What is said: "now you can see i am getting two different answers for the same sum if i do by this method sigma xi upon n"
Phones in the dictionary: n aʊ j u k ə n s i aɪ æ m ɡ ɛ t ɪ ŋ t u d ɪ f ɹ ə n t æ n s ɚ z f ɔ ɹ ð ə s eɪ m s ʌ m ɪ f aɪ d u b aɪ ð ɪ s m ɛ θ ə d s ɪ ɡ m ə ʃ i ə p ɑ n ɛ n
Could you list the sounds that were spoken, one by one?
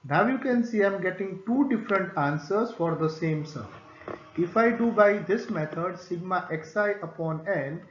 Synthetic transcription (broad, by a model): n aʊ j u k ə n s i aɪ m ɡ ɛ t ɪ ŋ t u d ɪ f ɹ ə n t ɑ n s ɚ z f ɔ ɹ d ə s eɪ m s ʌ ɪ f aɪ d u b aɪ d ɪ s m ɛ t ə d s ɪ ɡ m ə s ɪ ə p ɑ n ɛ n